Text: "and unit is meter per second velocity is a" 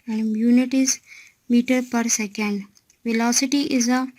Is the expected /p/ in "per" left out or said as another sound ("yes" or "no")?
no